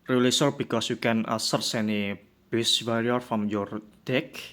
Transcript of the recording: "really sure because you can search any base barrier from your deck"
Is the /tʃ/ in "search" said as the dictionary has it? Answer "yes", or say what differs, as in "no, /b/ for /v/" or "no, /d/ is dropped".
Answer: no, /s/ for /tʃ/